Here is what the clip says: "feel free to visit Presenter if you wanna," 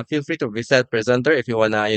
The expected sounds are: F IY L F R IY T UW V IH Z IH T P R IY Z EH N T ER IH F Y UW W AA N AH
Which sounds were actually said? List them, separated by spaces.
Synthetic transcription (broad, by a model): F IY L F R IY T UW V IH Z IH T P R IY Z EH N T ER IH F Y UW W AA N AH